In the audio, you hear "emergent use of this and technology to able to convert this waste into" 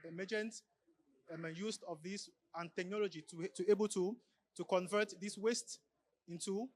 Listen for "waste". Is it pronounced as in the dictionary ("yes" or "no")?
yes